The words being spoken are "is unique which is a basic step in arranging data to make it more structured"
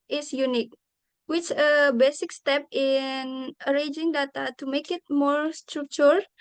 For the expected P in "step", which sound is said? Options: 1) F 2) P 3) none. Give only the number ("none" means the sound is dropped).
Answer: 2